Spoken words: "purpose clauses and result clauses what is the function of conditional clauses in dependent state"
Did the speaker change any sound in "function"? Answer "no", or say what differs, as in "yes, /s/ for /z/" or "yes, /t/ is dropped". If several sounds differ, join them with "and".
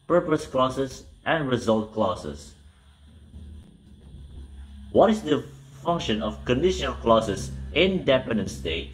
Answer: no